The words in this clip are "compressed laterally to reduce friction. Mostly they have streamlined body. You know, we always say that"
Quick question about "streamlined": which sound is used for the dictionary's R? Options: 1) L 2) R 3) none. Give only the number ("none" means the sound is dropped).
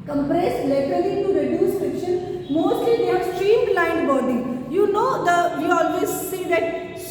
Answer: 2